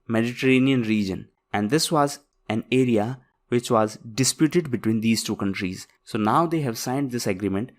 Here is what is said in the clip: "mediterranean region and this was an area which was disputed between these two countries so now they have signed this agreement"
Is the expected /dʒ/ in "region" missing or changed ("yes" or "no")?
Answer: no